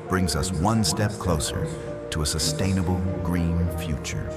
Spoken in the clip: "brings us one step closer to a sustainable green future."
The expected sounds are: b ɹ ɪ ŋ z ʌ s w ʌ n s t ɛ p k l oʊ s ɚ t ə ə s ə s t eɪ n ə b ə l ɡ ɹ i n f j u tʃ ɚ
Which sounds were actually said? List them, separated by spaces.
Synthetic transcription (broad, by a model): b ɹ ɪ ŋ z ʌ s w ʌ n s t ɛ p k l oʊ s ɚ t ə ə s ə s t eɪ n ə b l ɡ ɹ i n f j u tʃ ɚ